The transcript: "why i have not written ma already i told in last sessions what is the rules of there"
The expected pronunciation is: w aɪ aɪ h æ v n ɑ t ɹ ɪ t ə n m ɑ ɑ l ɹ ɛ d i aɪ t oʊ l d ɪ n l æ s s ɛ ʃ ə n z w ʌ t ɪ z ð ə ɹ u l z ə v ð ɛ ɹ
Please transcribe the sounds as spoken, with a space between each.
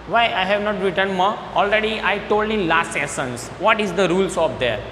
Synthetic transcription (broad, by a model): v aɪ aɪ h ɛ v n ɑ t ɹ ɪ t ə n m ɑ ɑ l ɹ ɛ d i aɪ t oʊ l d ɪ n l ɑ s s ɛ s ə n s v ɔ t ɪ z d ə ɹ u l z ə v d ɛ ɹ